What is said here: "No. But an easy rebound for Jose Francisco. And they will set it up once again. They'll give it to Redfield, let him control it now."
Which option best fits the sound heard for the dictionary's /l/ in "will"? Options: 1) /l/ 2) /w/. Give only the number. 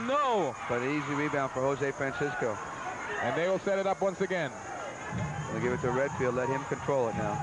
1